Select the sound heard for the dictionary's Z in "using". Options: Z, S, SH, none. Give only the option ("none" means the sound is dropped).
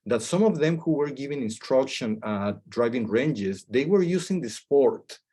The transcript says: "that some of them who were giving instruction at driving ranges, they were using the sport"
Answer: S